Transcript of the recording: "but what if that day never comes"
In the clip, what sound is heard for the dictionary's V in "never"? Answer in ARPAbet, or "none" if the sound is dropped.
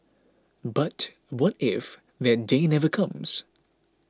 V